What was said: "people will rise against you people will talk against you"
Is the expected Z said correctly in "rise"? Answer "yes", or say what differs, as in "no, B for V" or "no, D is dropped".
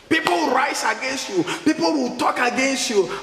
no, S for Z